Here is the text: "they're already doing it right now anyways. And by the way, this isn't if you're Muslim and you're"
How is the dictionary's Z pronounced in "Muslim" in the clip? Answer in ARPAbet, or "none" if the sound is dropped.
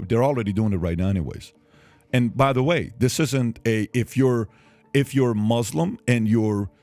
Z